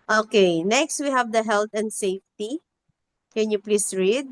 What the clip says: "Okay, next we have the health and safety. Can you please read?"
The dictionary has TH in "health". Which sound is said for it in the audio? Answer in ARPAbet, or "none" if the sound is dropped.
T